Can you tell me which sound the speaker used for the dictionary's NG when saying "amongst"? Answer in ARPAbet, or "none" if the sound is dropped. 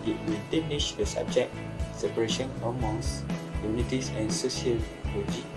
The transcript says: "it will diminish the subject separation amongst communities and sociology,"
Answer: none